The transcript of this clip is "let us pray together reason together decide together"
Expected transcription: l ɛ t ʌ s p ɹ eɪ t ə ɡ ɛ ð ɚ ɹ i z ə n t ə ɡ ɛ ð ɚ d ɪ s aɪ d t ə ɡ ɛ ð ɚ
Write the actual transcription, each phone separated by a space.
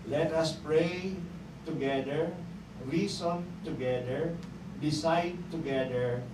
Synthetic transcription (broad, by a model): l ɛ t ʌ s p ɹ eɪ t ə ɡ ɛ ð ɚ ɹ i s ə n t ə ɡ ɛ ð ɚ d ɪ s aɪ d t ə ɡ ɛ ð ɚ